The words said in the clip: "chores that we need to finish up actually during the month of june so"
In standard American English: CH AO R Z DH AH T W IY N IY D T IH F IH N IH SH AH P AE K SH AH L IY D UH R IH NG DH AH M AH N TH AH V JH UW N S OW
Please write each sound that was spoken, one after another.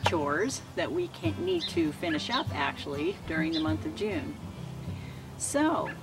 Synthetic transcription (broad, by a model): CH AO R Z DH AH T W IY N IY D T IH F IH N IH SH AH P AE K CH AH L IY D UH R IH NG DH AH M AH N TH AH V JH UW N S OW